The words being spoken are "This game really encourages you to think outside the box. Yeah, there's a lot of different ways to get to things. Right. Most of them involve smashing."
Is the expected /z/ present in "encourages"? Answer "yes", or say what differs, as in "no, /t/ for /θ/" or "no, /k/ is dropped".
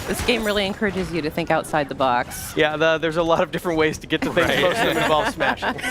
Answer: yes